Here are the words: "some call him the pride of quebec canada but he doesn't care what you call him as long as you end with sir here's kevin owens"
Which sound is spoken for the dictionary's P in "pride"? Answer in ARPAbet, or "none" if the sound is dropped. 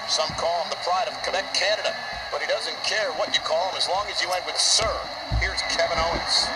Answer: P